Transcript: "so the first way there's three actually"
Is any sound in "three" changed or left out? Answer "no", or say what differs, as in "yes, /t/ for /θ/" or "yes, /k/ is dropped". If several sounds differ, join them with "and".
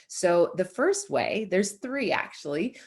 no